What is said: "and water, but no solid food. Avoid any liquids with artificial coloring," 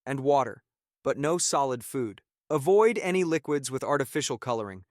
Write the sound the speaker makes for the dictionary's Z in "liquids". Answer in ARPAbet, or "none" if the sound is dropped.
Z